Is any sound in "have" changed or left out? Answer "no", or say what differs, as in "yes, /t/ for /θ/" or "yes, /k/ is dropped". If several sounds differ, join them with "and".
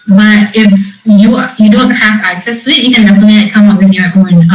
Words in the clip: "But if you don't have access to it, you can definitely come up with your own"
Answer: yes, /f/ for /v/